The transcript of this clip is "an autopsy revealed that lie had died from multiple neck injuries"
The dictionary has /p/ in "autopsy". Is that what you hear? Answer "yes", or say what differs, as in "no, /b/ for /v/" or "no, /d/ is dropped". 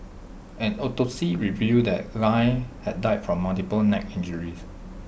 no, /p/ is dropped